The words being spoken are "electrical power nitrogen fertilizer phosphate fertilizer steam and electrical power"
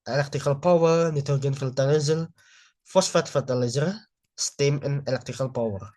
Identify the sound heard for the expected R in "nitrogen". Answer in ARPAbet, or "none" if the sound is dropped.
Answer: none